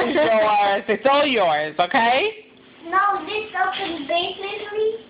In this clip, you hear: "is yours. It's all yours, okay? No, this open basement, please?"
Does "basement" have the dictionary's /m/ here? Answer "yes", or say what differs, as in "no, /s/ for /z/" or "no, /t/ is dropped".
no, /m/ is dropped